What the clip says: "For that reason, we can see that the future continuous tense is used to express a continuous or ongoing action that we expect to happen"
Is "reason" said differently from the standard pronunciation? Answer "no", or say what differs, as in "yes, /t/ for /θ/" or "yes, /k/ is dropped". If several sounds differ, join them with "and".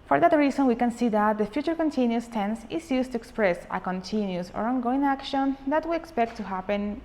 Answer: yes, /s/ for /z/